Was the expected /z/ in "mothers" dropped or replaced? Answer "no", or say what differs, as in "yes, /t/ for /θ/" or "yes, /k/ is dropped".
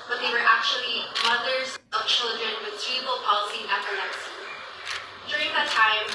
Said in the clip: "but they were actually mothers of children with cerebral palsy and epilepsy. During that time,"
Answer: no